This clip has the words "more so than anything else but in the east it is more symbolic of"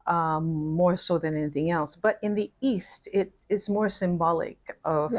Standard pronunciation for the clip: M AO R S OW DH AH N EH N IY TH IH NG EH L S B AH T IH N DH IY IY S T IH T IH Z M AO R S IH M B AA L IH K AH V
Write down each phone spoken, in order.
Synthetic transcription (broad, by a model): M AO R S OW DH AH N EH N IY TH IH NG EH L S B AH T IH N DH IY IY S T IH T IH S M AO R S IH M B AA L IH K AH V